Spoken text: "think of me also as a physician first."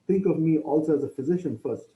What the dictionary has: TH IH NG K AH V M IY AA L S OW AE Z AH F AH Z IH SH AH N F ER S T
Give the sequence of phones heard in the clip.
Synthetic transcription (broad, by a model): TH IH NG K AH V M IY AA L S OW AE Z AH F AH Z IH SH AH N F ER S T